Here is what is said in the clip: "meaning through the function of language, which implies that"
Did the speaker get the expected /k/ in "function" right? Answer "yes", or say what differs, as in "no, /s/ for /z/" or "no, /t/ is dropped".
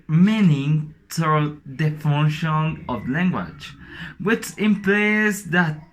no, /k/ is dropped